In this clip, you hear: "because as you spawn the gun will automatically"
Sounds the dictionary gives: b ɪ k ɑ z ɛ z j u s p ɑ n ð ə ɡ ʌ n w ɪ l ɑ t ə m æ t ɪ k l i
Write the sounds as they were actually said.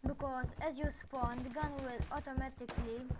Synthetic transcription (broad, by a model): b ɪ k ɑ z ɛ z j u s p ɑ n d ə ɡ ʌ n w ɪ l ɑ t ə m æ t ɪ k l i